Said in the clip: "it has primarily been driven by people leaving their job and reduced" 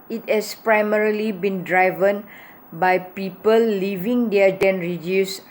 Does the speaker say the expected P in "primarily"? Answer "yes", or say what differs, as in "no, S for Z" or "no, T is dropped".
yes